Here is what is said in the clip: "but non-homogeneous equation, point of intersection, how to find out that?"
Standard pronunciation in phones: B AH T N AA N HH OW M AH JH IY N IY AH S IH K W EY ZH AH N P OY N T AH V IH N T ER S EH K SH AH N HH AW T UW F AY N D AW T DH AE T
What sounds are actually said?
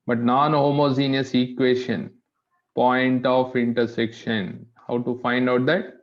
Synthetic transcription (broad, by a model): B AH T N AA N HH OW M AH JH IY N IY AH S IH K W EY SH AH N P OY N T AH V IH N T ER S EH K SH AH N HH AW T UW F AY N D AW T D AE T